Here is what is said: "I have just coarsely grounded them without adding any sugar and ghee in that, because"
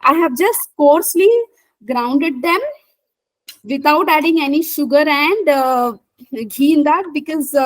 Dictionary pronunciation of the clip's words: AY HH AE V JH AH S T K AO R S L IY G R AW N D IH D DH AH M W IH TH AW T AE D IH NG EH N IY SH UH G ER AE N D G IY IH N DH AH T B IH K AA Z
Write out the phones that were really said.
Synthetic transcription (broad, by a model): AY HH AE V JH AH S T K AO R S L IY G R AW N D IH D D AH M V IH T AW T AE D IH NG EH N IY SH UH G ER AE N D G IY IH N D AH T B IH K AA Z